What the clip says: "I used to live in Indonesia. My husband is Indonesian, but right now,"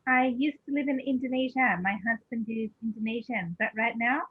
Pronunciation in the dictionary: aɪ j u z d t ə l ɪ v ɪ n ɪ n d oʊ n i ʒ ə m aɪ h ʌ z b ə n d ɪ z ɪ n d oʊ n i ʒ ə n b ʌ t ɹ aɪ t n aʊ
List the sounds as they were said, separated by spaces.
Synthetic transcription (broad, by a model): aɪ j u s t ə l ɪ v ɪ n ɪ n d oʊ n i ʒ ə m aɪ h ʌ z b ə n d ɪ z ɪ n d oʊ n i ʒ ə b ʌ t ɹ aɪ t n aʊ